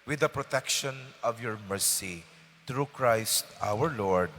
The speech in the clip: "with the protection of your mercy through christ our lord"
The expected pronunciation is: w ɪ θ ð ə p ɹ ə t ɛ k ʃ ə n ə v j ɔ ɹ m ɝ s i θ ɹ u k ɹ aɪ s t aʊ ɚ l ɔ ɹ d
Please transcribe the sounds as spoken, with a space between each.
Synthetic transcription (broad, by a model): w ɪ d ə p ɹ ə t ɛ k ʃ ə n ə v j ɔ ɹ m ɝ s i t ɹ u k ɹ aɪ s t aʊ ɚ l ɔ ɹ d